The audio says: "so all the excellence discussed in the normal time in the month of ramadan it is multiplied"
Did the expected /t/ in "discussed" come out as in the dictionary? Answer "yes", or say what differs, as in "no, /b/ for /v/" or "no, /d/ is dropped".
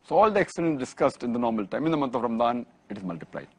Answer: yes